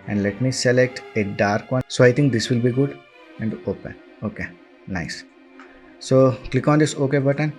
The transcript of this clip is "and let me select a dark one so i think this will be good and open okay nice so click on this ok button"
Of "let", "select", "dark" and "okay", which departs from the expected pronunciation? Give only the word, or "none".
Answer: none